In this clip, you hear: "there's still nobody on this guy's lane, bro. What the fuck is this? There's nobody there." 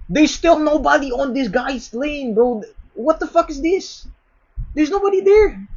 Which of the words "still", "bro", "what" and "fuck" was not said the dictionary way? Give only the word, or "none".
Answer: bro